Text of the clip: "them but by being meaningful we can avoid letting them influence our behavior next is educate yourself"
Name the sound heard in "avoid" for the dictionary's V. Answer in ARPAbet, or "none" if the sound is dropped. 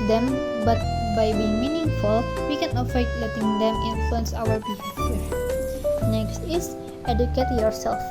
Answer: F